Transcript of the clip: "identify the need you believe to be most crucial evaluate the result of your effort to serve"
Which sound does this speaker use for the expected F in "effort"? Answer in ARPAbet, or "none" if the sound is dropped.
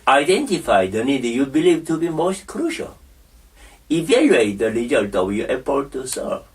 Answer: P